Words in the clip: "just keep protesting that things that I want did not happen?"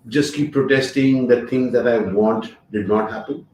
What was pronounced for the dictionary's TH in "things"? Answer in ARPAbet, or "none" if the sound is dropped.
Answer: T